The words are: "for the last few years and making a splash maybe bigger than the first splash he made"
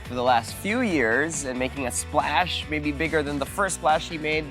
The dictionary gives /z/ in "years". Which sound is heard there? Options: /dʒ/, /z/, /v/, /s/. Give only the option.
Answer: /z/